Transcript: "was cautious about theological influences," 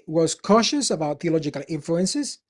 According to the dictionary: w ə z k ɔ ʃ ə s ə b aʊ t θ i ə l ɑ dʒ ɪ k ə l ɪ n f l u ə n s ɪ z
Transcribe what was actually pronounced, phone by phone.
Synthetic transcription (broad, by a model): w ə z k ɔ ʃ ə s ə b aʊ t θ i ə l ɑ dʒ ɪ k ə l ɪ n f l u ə n s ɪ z